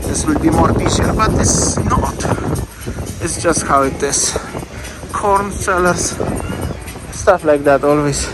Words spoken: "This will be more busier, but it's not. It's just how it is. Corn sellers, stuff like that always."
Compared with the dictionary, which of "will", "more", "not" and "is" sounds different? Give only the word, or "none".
is